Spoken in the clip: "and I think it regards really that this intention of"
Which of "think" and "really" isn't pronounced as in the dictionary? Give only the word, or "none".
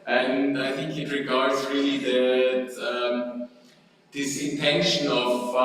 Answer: none